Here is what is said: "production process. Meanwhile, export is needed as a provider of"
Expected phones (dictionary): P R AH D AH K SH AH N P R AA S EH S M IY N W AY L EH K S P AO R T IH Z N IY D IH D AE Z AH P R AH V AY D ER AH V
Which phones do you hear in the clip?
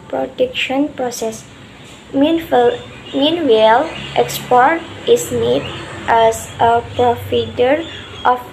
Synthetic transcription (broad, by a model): P R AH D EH K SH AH N P R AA S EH S M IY N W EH L EH K S P AO R T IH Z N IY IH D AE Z AH P R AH F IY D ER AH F